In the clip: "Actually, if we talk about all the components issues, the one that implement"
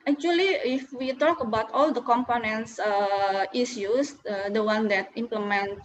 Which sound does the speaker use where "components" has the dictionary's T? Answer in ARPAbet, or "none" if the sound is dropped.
S